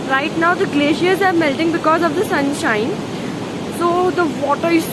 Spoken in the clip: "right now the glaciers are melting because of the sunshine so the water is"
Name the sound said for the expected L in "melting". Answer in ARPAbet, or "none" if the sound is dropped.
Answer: L